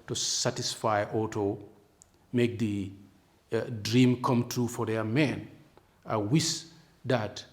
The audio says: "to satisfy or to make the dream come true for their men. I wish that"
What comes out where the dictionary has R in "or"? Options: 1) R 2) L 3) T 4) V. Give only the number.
2